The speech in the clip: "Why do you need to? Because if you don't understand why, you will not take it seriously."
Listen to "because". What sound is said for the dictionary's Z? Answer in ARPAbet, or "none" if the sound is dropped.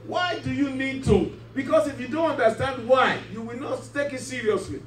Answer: S